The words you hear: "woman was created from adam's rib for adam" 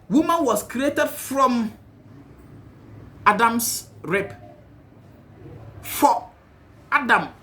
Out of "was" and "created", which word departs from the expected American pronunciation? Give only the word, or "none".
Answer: was